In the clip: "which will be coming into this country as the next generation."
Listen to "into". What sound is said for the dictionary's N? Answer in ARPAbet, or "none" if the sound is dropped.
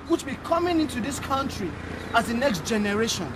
N